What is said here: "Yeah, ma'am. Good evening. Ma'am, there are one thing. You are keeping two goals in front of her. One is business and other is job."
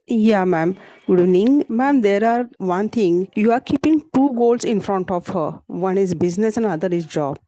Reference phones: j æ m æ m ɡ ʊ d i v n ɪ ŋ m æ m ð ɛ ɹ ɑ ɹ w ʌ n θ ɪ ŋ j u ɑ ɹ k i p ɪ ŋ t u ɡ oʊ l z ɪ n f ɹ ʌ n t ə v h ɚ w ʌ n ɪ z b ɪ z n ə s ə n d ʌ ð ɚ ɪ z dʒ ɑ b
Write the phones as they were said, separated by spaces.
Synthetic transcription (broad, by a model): j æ m æ m ɡ ʊ d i n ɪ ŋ m æ m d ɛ ɹ ɑ ɹ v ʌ n t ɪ ŋ j u ɑ ɹ k i p ɪ ŋ t u ɡ oʊ l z ɪ n f ɹ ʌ n t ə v h ɚ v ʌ n ɪ z b ɪ z n ə s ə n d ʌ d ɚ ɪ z dʒ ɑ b